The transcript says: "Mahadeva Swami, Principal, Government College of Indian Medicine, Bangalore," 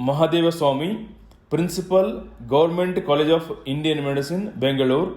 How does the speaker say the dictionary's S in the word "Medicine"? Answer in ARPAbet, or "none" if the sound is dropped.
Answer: S